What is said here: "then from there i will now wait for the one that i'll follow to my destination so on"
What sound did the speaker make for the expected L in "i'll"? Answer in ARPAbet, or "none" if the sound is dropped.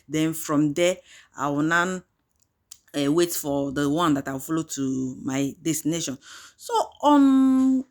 W